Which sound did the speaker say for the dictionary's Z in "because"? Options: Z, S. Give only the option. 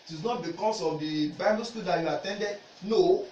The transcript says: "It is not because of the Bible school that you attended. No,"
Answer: S